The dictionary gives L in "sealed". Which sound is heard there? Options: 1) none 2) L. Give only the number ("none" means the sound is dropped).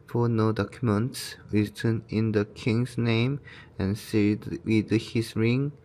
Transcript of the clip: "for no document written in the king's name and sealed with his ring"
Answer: 1